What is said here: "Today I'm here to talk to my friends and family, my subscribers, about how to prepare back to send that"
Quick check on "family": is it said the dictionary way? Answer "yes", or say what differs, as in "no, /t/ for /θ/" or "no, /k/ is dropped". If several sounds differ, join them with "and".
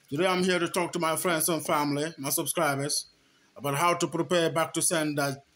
yes